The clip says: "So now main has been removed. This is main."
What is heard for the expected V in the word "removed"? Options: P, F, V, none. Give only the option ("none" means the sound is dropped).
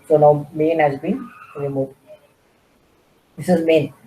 none